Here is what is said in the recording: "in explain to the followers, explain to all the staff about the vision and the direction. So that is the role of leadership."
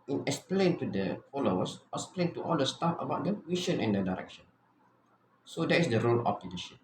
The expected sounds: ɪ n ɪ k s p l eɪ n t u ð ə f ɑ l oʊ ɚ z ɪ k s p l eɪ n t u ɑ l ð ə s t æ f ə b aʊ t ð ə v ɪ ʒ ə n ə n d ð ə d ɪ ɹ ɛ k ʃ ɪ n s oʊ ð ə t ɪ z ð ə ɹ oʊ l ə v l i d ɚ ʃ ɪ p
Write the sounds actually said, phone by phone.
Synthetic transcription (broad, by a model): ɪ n ɪ k s p l eɪ n t u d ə f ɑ l oʊ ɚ s ɪ k s p l eɪ n t u ɑ l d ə s t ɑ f ə b aʊ t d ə w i ʃ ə n ə n d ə d ɪ ɹ ɛ k ʃ ɪ n s oʊ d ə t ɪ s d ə ɹ oʊ l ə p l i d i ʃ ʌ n